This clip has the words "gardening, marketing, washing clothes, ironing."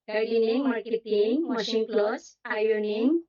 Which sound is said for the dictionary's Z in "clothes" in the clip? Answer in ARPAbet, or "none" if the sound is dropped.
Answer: S